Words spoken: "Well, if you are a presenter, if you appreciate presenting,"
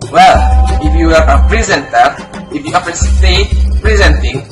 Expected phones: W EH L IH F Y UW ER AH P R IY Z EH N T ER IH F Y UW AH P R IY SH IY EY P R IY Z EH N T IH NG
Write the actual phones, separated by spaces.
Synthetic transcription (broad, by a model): W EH L IH F Y UW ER AH P R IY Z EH N T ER IH F Y UW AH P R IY S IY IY P R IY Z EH N T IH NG